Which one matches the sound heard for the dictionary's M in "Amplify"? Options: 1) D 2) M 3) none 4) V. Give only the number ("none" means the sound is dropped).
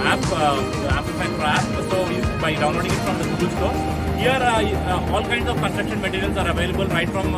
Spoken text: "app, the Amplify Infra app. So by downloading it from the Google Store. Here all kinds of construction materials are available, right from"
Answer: 3